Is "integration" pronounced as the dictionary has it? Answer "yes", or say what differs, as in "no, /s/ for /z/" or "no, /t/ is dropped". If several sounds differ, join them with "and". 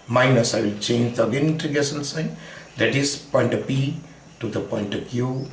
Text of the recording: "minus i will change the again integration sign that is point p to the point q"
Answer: no, /ɹ/ is dropped and /s/ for /ʃ/